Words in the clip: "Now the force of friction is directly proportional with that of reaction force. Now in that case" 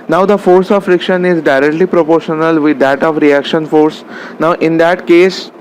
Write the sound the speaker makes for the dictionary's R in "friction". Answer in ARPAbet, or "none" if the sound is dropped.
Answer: R